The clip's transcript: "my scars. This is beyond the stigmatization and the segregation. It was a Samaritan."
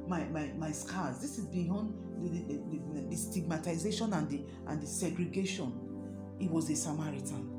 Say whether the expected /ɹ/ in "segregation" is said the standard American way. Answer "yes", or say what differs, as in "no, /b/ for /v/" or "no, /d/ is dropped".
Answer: yes